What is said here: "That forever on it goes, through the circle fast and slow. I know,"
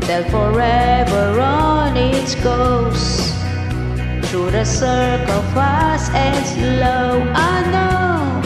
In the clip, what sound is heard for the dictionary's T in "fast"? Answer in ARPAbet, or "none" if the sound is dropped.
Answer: none